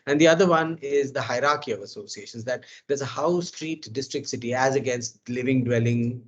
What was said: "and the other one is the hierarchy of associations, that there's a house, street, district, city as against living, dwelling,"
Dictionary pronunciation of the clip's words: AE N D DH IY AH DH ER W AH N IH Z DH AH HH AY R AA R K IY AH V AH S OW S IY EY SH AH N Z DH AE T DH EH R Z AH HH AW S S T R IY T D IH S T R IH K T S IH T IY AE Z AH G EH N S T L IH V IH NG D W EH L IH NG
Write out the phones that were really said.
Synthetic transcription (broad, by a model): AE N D IY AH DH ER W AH N IH Z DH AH HH AY R AA R K IY AH V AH S OW S IY EY SH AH N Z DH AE T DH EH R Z AH HH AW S S T R IY T D IH S T R IH K T S IH T IY AE Z AH G EH N S T L IH V IH NG D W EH L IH NG